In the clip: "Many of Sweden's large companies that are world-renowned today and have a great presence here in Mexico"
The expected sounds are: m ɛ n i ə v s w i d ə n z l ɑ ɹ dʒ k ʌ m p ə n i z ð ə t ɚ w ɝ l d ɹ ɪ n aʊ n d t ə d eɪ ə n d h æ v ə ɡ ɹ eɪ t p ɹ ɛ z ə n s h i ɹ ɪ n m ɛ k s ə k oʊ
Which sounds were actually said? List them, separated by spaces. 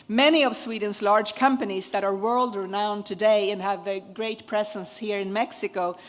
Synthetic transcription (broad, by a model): m ɛ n i ə v s w i d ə n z l ɑ ɹ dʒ k ʌ m p ə n i z ð ə t ɚ w ɝ l d ɹ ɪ n aʊ n t ə d eɪ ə n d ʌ v ə ɡ ɹ eɪ t p ɹ ɛ z ə n s h i ɹ ɪ n m ɛ k s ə k oʊ